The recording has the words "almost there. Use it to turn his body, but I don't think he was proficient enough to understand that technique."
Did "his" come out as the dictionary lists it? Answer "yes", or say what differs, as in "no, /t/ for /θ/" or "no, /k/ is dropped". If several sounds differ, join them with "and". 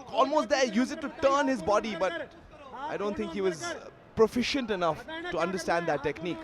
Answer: yes